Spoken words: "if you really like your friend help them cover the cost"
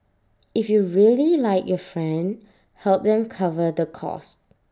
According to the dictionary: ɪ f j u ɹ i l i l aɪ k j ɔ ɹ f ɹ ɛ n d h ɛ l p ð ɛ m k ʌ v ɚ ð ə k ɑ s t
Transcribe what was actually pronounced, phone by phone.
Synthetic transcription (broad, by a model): ɪ f j u ɹ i l i l aɪ k j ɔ f ɹ ɛ n d h ɛ l p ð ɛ m k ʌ v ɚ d ə k ɑ s t